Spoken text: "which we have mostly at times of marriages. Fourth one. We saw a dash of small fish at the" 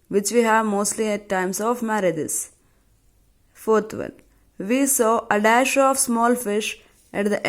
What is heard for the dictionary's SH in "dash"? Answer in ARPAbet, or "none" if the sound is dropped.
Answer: SH